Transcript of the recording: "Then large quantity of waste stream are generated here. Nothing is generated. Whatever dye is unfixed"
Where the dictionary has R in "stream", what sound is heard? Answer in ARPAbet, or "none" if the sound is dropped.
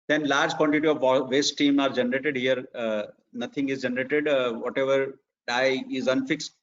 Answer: none